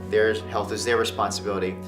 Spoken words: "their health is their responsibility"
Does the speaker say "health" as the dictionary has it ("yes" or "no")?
yes